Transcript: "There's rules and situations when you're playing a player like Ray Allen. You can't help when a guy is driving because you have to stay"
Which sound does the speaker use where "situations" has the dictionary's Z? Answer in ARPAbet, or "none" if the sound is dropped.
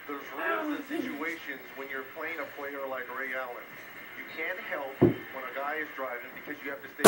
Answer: Z